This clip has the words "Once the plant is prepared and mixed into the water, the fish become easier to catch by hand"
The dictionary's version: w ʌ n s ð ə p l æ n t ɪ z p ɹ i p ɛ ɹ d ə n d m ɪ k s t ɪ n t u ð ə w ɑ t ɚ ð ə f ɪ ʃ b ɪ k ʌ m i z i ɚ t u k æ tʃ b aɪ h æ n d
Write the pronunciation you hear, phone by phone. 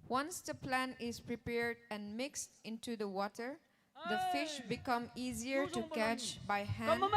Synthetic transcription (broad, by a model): w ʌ n s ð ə p l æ n ɪ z p ɹ i p ɛ ɹ d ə n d m ɪ k s t ɪ n t u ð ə w ɑ t ɚ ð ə f ɪ ʃ b ɪ k ʌ m i z i ɚ t u k æ tʃ b aɪ h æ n